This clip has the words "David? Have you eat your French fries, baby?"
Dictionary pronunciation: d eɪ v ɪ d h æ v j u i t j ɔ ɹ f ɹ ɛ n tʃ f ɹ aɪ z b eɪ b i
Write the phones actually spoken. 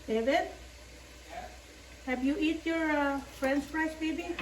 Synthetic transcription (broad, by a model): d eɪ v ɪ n h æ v j u i t j ɔ ɹ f ɹ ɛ n s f ɹ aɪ s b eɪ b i